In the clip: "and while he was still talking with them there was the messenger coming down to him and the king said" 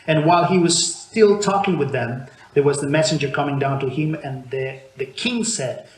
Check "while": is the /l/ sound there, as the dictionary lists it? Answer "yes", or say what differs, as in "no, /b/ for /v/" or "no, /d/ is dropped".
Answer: yes